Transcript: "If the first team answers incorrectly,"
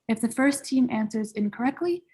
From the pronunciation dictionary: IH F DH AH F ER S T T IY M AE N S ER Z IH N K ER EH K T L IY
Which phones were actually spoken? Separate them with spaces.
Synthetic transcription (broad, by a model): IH F DH AH F ER S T T IY M AE N S ER Z IH N K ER EH K T L IY